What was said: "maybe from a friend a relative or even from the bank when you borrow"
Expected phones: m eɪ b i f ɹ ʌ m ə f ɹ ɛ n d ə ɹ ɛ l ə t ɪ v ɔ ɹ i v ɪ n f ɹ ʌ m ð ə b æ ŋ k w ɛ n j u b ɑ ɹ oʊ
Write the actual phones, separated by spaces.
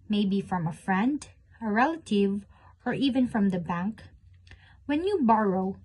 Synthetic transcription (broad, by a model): m eɪ b i f ɹ ʌ m ə f ɹ ɛ n d ə ɹ ɛ l ə t ɪ v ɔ ɹ i v ɪ n f ɹ ʌ m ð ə b æ ŋ k w ɛ n j u b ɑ ɹ oʊ